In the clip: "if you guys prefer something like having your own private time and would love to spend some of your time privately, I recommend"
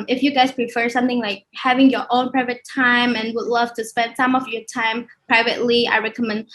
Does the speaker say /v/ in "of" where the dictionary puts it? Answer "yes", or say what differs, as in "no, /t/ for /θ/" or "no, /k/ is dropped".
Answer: yes